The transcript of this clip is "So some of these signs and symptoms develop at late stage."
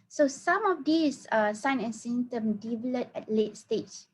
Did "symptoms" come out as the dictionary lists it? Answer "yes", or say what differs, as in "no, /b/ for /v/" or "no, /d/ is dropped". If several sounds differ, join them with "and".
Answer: no, /z/ is dropped